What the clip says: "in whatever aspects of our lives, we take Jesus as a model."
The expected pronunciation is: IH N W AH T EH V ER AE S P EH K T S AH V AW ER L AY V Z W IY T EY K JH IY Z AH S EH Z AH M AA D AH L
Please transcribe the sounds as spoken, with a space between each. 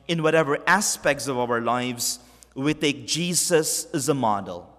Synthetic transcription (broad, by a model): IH N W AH T EH V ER AE S P EH K T S AH V AW ER L AY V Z W IY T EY K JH IY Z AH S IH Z AH M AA D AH L